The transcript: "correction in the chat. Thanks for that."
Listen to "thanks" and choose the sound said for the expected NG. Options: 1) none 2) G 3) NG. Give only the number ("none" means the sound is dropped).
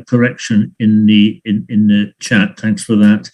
3